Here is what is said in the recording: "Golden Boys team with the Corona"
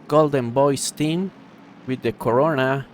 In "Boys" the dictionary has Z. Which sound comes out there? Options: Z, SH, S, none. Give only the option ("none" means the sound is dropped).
S